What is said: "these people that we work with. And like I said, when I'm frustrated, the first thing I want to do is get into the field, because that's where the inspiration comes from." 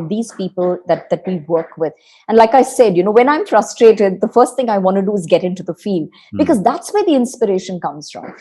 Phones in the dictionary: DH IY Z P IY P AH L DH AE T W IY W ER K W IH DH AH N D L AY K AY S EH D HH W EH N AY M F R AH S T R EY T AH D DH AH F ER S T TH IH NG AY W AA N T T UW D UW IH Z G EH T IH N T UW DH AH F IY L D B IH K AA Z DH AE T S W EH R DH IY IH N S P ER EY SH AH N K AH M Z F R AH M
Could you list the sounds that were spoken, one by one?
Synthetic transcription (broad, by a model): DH IY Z P IY P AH L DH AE T W IY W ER K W IH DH AH N D L AY K AY S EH D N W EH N AY M F R AH S T R EY T AH D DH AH F ER S T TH IH NG AY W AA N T T UW D UW IH Z G EH T IH N T UW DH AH F IY L D B IH K AA Z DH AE T S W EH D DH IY IH N S P ER EY SH AH N K AH M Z F R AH M